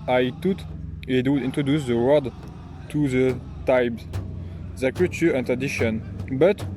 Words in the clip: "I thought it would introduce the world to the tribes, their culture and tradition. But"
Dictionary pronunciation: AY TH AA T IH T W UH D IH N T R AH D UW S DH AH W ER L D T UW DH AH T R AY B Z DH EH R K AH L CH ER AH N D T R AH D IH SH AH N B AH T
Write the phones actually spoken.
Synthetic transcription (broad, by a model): AY T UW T IH T W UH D IH N T R AH D UW S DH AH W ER D T UW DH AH T AY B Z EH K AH CH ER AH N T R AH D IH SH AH N B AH T